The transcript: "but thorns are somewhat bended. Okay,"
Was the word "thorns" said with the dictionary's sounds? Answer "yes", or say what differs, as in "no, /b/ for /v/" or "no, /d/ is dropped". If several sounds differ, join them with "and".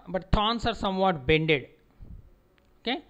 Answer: no, /t/ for /θ/ and /s/ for /z/